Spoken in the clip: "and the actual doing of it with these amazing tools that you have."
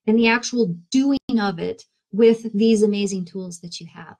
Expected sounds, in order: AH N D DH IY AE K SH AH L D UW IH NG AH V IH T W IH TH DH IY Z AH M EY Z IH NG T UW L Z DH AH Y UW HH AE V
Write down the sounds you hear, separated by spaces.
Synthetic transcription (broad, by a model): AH N DH IY AE K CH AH L D UW IH NG AH V IH T W IH DH IY Z AH M EY Z IH NG T UW L Z DH AH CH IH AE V